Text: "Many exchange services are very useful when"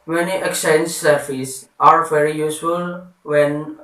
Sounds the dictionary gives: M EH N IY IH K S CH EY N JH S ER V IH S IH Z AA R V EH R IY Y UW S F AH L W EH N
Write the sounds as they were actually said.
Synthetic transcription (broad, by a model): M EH N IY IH K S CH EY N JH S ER F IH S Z AA R V EH R IY Y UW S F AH L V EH N